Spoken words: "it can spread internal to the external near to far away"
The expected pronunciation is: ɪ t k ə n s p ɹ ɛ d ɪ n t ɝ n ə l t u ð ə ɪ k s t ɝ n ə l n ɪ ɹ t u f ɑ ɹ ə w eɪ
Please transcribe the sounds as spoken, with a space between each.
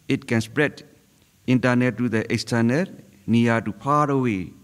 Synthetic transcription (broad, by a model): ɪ t k ə n s p ɹ ɛ d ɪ n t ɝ n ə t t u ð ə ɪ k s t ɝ n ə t n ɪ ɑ t u p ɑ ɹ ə w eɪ